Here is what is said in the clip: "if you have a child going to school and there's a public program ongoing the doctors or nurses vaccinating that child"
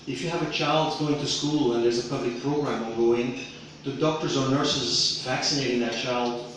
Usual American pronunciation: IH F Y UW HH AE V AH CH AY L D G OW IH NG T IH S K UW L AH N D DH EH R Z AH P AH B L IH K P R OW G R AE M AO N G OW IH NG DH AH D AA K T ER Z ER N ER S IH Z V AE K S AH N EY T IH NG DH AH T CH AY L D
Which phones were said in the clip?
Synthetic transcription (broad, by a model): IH F Y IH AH V AH CH AY L D G OW IH NG T IH S K UW L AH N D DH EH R Z AH P AH B L IH K P R OW G R AE M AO G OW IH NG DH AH D AA K T ER Z ER N ER S IH Z V AE K S AH N EY T IH NG DH AH T CH AY L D